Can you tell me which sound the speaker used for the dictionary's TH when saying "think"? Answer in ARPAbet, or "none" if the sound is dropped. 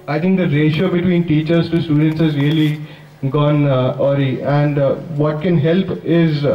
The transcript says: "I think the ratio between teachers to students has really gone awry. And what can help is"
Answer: T